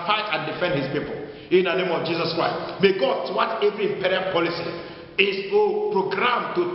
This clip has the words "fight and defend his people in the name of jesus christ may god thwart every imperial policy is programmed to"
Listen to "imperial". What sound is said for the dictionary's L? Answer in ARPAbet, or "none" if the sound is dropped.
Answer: N